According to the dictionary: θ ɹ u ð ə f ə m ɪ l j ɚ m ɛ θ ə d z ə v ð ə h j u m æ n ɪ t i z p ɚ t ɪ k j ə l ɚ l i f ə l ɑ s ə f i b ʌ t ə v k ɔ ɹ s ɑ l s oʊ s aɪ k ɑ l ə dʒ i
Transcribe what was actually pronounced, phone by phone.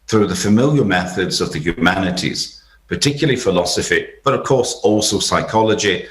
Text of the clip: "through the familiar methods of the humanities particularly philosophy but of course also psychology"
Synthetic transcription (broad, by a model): θ ɹ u ð ə f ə m ɪ l j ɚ m ɛ θ ə d z ə v ð ə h j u m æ n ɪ t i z p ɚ t ɪ k j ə l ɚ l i f ə l ɑ s ə f i b ʌ t ə v k ɔ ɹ s ɑ l s oʊ s aɪ k ɑ l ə dʒ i